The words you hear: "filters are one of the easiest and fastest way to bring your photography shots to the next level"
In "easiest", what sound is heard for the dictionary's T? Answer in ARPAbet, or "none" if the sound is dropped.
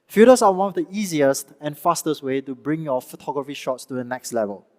T